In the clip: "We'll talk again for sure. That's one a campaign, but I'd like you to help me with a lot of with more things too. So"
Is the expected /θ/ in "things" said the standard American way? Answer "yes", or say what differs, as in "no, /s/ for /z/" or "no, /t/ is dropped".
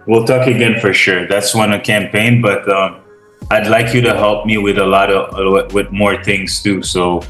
yes